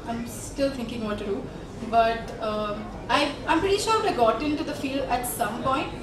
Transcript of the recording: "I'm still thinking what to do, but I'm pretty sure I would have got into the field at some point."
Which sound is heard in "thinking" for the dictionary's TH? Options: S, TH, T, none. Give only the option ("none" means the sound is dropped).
T